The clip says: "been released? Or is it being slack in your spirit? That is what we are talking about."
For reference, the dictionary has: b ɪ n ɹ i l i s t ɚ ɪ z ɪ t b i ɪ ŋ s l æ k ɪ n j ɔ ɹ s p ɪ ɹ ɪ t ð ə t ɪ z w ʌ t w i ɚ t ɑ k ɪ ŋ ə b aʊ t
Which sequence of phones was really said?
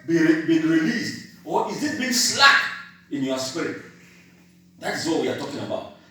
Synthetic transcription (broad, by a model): b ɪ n ɹ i l i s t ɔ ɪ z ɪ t b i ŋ s l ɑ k ɪ n j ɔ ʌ s p ɪ ɹ ɪ t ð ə t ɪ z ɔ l w i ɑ t ɑ k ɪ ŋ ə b aʊ t